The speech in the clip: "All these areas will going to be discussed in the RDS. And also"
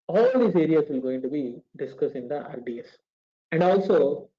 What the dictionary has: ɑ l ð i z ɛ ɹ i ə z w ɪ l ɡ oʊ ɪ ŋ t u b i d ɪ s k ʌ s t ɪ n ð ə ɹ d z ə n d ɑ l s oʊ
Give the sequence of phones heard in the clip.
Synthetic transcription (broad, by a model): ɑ l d i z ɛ ɹ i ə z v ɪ l ɡ oʊ ɪ ŋ t u b i d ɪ s k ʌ s ɪ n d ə ɹ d s ə n d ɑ l s oʊ